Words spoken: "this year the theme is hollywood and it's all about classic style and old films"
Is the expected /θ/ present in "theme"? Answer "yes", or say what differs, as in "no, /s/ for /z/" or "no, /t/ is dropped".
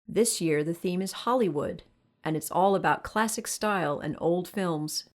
yes